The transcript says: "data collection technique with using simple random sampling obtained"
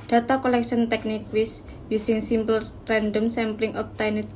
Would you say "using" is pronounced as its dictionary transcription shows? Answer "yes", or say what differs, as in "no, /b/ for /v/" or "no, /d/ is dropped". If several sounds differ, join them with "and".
no, /s/ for /z/